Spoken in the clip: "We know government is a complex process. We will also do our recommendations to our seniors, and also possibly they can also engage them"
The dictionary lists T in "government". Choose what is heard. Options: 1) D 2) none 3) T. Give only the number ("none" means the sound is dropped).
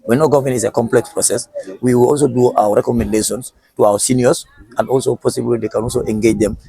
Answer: 2